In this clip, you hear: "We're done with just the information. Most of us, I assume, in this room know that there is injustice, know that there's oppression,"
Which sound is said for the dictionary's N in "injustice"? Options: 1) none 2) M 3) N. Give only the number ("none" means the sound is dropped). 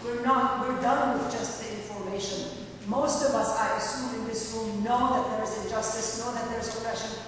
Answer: 1